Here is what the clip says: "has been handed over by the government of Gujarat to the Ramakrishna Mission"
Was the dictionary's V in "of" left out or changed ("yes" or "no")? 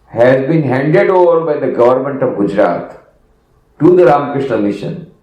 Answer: no